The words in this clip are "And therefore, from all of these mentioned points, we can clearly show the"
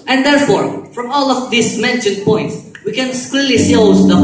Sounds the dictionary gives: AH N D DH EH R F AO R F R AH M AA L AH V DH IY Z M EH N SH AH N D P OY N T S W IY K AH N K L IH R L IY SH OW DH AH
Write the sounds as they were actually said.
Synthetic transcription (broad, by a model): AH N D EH R F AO R F R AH M AA L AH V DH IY S M EH N SH AH N D P OY N T S W IY K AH N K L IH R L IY S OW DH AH